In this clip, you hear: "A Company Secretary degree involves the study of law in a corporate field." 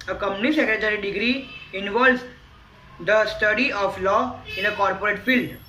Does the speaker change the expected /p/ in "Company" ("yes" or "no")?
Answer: yes